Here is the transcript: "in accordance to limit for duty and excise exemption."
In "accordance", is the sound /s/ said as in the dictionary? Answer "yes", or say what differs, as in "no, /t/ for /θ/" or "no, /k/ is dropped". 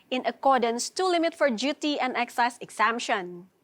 yes